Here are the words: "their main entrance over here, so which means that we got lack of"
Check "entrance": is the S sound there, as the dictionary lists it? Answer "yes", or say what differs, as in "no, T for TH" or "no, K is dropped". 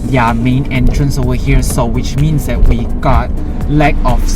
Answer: yes